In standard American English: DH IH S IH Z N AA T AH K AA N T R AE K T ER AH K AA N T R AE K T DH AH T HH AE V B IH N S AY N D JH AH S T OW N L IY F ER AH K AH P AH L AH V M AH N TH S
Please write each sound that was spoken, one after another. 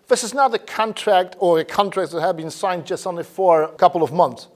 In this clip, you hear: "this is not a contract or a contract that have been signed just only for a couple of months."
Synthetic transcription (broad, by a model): DH IH S IH Z N AA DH AH K AA N T R AE K T ER AH K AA N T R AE K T DH AH T HH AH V B IH N S AY N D JH AH S T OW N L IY F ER AH K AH P L AH V M AH N TH S